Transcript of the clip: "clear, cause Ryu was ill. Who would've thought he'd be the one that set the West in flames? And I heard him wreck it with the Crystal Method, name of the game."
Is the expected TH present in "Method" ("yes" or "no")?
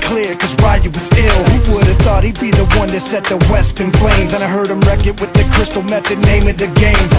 yes